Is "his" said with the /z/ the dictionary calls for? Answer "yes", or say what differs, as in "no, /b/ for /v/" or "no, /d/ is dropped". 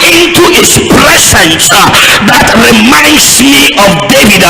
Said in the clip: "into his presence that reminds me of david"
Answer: no, /s/ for /z/